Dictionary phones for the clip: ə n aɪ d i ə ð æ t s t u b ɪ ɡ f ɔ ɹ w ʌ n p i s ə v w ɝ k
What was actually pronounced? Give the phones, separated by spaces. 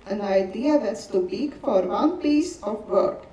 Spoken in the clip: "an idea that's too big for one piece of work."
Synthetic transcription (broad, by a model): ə n aɪ d i ə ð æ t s t u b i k f ɔ ɹ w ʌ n p i s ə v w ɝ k